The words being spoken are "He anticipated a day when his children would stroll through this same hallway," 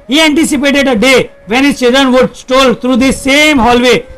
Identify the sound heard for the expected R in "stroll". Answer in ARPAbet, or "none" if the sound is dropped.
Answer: none